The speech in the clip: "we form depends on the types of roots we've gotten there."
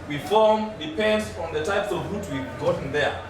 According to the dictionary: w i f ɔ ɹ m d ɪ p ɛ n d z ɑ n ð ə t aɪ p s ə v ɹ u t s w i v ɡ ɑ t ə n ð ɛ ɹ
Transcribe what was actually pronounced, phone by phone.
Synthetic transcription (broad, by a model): w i f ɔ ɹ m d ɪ p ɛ n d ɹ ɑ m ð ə t aɪ p s ə v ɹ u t w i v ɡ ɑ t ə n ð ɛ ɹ